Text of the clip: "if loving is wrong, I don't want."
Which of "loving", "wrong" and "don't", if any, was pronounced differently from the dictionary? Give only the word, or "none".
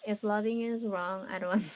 none